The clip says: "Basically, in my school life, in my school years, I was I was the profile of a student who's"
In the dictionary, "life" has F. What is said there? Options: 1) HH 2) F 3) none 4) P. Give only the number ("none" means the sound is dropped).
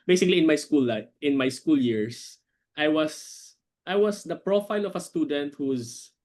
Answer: 3